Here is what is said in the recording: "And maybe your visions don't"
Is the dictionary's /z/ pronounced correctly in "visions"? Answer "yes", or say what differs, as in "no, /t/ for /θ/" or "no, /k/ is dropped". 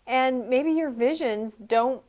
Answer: yes